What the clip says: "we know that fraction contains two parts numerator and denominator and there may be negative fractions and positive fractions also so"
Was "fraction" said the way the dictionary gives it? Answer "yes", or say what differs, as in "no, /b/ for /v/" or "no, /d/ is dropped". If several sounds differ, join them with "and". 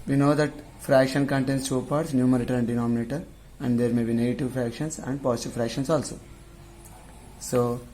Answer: yes